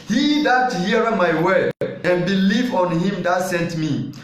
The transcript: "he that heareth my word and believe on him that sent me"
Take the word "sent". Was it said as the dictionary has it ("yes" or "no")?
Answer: yes